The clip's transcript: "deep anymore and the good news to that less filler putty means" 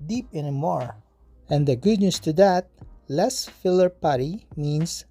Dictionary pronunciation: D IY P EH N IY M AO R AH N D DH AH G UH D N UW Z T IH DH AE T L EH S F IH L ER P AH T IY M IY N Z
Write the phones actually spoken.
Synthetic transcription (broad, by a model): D IY P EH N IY M AO R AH N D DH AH G UH D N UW S T IH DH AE T L EH S F IH L ER P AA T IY M IY N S